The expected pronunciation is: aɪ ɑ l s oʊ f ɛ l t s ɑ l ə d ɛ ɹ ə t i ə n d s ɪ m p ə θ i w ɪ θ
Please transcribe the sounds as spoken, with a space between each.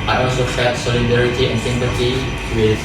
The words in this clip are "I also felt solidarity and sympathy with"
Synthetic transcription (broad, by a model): aɪ ɑ l s oʊ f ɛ t s ɑ l ə d ɛ ɹ ə t i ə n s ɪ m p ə t i w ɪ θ